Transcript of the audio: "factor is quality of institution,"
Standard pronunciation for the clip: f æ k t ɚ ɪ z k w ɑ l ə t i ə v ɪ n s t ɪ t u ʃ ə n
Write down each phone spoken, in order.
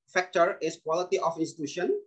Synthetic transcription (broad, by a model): f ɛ k t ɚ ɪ s k w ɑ l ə t i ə f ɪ n s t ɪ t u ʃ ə n